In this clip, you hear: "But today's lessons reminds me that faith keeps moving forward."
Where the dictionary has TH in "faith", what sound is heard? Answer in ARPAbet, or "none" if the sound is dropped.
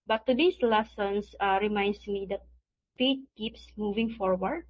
T